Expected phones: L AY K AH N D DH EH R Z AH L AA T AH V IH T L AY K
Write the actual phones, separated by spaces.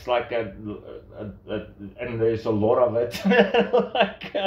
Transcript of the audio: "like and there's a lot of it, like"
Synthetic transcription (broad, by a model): L AY K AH N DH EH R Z AH L AA T AH V IH T L AY K